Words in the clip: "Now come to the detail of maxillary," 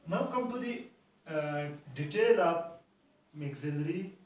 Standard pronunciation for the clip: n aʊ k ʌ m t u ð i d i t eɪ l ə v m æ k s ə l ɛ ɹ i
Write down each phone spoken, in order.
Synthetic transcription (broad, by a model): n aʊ k ʌ m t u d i d i t eɪ l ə p m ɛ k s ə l ɹ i